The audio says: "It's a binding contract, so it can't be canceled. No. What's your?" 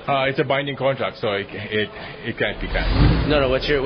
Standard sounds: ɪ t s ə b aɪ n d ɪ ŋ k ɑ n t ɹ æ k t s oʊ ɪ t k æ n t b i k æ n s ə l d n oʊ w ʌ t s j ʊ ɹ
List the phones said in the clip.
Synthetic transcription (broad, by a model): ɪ t s ə b aɪ n d ɪ ŋ k ɑ n t ɹ æ k t s oʊ ɪ t k æ n t b i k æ n ə n oʊ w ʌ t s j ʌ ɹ